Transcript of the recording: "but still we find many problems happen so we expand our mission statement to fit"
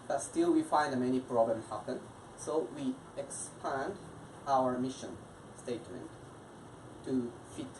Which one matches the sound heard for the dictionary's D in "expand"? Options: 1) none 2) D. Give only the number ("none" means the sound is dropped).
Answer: 2